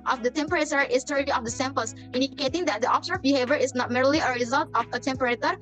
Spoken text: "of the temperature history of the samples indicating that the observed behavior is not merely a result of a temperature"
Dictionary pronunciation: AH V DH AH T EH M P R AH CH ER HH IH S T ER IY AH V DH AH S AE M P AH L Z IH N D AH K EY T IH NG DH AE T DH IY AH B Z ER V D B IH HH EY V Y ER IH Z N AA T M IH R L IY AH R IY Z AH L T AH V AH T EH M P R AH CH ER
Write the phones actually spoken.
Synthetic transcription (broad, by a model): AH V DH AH T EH M P R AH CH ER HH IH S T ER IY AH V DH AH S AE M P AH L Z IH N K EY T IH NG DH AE T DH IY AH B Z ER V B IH HH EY V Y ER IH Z N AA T M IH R L IY AH R IY Z AH L T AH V AH T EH M P R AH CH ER